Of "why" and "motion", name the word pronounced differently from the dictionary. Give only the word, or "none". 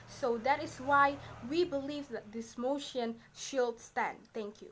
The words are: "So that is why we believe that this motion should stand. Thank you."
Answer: none